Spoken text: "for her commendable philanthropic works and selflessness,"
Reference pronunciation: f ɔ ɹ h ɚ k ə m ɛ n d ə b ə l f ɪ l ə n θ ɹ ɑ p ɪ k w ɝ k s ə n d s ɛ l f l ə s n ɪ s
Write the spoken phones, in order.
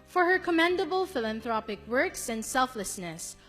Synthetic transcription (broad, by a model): f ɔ ɹ h ɚ k ə m ɛ n d ə b ə l f ɪ l ə n θ ɹ ɑ p ɪ k w ɝ k s ə n d s ɛ l f l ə s n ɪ s